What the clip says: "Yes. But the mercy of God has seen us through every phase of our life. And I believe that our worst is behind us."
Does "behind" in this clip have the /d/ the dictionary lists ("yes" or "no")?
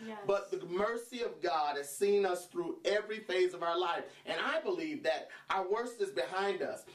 yes